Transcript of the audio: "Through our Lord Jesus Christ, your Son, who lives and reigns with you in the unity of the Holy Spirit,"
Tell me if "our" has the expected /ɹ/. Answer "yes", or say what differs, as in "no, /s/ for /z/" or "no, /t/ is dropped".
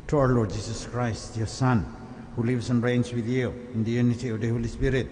no, /w/ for /ɹ/